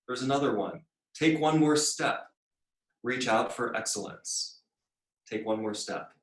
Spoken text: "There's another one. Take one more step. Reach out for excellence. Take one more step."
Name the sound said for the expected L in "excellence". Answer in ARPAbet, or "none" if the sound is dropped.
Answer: L